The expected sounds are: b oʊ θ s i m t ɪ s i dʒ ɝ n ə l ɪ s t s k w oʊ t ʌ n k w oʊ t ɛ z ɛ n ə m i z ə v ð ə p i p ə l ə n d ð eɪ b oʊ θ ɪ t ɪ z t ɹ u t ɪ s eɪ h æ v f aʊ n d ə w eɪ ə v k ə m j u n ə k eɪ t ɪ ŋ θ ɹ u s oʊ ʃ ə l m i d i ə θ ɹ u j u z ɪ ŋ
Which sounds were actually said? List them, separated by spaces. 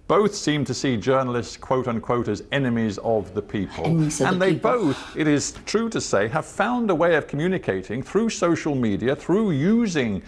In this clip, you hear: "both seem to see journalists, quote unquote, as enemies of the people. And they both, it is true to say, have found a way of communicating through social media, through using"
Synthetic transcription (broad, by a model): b oʊ θ s i m t ɪ s i dʒ ɝ n l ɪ s t s k w oʊ t ʌ n k w oʊ t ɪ z ɛ n ə m i z ə v ð ə p i p ə l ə n ð eɪ b oʊ θ ɪ t ɪ z t ɹ u t ɪ s eɪ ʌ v f aʊ n d ə w eɪ ə v k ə m j u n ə k eɪ t ɪ ŋ θ ɹ u s oʊ ʃ l m i d i ə θ ɹ u j u z ɪ ŋ